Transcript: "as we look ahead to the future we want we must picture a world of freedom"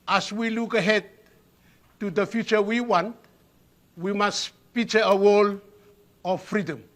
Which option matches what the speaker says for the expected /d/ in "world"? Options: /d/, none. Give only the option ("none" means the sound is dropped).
none